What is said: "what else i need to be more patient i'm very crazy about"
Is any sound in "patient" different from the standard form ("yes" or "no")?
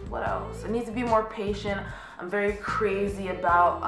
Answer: no